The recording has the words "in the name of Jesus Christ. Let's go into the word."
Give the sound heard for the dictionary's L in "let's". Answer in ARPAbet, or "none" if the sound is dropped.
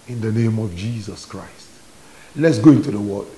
L